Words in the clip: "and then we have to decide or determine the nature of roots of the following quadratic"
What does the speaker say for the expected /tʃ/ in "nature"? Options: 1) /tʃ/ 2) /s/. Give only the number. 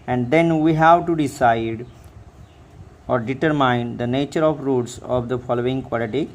1